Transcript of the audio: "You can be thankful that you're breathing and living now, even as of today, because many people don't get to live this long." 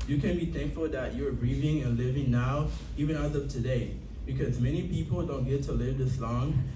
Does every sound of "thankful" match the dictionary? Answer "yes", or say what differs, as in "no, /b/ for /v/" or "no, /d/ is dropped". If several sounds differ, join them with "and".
yes